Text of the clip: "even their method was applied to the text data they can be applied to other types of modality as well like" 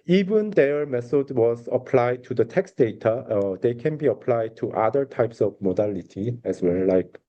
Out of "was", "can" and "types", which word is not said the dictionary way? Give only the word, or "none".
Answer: none